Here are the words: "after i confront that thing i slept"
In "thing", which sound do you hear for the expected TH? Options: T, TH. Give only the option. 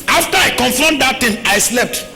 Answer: T